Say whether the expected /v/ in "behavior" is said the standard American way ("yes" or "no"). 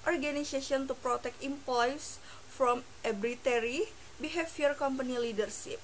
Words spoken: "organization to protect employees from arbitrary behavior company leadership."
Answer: no